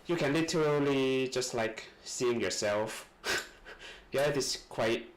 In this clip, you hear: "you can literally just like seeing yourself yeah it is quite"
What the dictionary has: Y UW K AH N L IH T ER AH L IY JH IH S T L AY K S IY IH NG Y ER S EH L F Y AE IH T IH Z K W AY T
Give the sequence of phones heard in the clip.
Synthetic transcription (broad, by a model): Y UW K AH N L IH T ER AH L IY JH IH S T L AY K S IY IH NG Y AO S EH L F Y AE IH T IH S K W AY T